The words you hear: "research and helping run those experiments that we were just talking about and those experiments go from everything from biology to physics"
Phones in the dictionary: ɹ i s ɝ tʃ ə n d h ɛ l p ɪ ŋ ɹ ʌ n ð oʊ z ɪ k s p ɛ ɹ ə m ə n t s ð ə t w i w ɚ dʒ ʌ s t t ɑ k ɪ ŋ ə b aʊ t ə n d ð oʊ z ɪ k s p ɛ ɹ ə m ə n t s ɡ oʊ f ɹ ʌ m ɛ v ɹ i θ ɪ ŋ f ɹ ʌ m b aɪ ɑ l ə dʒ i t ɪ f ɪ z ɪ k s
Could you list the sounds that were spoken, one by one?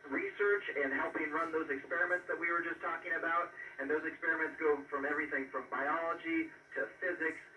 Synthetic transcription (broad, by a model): ɹ i s ɝ tʃ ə n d h ɛ l p ɪ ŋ ɹ ʌ n ð oʊ z ɪ k s p ɛ ɹ ə m ə n t s ð ə t w i w ɚ dʒ ʌ s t t ɑ k ɪ ŋ ə b aʊ t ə n ð oʊ z ɪ k s p ɛ ɹ ə m ə n t s ɡ oʊ f ɹ ʌ m ɛ v ɹ i θ ɪ ŋ f ɹ ʌ m b aɪ ɑ l ə dʒ i t ɪ f ɪ z ɪ k s